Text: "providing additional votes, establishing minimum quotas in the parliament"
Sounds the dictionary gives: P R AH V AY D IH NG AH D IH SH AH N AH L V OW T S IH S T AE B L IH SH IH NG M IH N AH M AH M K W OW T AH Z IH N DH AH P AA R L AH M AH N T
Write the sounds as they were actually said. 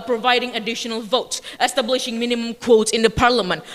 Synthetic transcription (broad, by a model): P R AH V AY D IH NG AH D IH SH AH N AH L V OW T S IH S T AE B L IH SH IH NG M IH N AH M AH M K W OW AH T IH N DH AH P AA R L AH M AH N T